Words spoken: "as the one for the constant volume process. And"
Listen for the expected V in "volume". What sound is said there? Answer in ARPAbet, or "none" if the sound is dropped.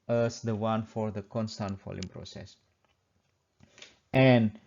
F